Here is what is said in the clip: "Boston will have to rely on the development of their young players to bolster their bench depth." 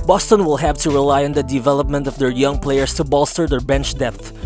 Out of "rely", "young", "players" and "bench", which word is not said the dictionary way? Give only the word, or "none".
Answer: players